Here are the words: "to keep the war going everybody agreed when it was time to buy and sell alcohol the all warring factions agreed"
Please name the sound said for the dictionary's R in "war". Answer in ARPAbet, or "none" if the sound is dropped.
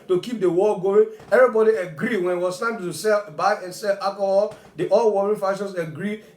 L